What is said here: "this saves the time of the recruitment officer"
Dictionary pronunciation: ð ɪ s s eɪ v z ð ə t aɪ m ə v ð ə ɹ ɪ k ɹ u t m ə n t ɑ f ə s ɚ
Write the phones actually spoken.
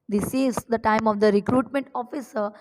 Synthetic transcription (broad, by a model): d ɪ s s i z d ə t aɪ m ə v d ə ɹ ɪ k ɹ u t m ə n t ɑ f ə s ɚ